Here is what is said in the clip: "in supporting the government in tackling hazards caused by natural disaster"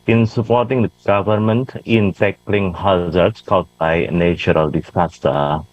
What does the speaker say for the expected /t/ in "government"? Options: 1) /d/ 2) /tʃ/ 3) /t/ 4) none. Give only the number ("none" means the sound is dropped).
3